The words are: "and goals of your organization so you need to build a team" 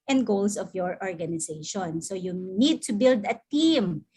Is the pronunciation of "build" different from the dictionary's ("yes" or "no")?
no